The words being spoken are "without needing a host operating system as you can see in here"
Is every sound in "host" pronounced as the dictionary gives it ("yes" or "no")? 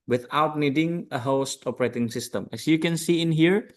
yes